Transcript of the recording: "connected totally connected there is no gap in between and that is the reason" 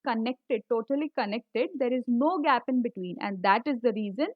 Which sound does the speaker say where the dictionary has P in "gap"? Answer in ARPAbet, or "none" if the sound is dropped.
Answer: P